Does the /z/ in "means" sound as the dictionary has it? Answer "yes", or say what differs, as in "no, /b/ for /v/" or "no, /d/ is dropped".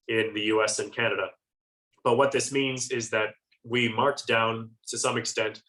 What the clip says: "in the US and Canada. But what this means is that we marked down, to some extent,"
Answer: yes